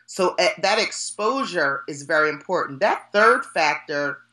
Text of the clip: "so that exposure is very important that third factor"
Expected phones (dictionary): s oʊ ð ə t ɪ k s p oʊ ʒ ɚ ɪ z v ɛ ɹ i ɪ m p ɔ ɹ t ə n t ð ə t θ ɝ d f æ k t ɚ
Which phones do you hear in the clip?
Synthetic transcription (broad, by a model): s oʊ ð ə t ɪ k s p oʊ ʒ ɚ ɪ z v ɛ ɹ i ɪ m p ɔ ɹ t n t ð ə t θ ɝ d f æ k t ɚ